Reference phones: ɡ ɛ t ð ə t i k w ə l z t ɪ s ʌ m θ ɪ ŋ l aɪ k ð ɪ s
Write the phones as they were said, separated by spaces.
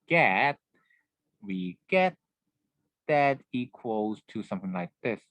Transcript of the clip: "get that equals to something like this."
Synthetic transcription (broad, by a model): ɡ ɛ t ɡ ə t i k w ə l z t ɪ s ʌ m θ ɪ ŋ l aɪ k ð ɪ s